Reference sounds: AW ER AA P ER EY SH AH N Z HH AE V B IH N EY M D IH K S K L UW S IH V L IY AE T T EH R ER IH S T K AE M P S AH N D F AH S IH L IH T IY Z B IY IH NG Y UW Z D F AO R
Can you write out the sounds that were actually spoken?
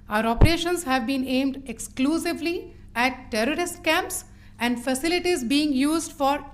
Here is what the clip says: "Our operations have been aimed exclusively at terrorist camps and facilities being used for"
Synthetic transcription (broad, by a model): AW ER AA P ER EY SH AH N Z HH AE V B IH N EY M D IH K S K L UW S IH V L IY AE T T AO R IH S T K AE M P S AH N D F AH S IH L IH T IY Z B IY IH NG Y UW Z D F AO R